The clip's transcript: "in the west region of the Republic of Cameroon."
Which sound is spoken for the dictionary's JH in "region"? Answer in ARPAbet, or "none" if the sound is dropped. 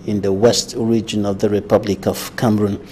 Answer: JH